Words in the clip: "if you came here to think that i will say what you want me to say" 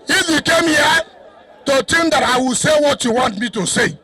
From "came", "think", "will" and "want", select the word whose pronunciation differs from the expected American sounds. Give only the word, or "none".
think